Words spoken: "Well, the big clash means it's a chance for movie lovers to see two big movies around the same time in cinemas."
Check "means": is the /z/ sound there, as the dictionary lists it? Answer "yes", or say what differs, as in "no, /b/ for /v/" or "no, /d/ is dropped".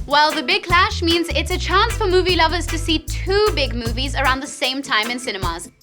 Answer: yes